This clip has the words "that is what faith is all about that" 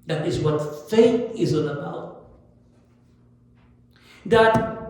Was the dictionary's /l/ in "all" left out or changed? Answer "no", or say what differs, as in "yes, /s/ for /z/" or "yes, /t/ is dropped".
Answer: yes, /n/ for /l/